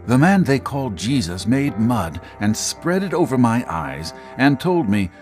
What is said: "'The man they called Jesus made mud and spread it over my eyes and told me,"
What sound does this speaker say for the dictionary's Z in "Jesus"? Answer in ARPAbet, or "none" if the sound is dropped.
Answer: Z